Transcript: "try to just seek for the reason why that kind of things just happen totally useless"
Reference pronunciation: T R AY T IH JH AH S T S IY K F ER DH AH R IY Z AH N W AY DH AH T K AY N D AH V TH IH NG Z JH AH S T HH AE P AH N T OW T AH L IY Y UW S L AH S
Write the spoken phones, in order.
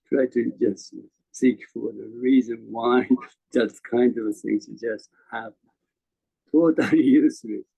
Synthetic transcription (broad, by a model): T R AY T IH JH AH S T S IY K F ER DH AH R IY Z AH N W AY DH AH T K AY N D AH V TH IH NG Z JH AH S T HH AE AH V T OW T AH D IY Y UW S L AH